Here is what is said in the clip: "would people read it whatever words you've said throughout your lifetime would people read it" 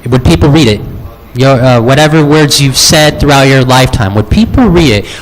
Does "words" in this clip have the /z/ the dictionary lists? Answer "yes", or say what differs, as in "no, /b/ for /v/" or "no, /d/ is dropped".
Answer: yes